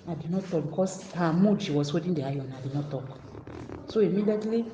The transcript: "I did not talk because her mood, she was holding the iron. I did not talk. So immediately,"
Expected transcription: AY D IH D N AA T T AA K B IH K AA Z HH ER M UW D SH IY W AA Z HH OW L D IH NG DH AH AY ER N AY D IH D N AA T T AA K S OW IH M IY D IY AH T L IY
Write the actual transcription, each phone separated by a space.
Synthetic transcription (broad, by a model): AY D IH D N AA T T AA K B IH K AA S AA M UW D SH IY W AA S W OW D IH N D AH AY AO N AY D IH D N AA T T AA K S OW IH M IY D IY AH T L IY